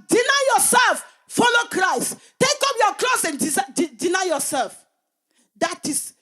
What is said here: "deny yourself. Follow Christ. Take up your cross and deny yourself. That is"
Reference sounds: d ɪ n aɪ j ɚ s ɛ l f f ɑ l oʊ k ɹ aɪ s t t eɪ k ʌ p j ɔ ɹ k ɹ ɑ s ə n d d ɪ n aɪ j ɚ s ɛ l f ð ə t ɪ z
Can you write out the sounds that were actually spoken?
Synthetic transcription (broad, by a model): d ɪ n aɪ j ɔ s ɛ l f f ɑ l oʊ k ɹ aɪ s t t eɪ k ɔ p j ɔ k l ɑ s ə n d d ɪ n aɪ j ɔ s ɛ l f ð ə t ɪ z